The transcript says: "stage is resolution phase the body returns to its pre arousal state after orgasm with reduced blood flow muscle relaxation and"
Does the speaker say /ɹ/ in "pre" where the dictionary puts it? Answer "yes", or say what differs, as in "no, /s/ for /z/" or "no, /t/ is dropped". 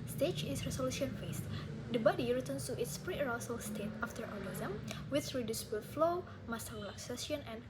yes